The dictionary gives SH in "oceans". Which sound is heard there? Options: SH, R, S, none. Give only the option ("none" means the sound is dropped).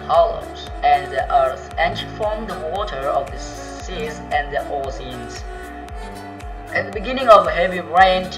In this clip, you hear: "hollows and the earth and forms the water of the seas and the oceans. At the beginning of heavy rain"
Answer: S